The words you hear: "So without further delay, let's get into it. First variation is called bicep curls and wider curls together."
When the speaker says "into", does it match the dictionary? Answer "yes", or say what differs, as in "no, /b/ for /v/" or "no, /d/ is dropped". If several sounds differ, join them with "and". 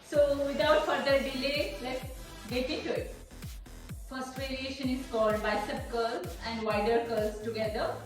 no, /n/ is dropped